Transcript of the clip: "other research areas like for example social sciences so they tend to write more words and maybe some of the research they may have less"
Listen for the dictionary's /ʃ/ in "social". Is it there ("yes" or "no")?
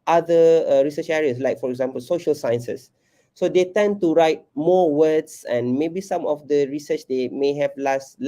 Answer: yes